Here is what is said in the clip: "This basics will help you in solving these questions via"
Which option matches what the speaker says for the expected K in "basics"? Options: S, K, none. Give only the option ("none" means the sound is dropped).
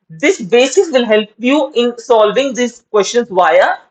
none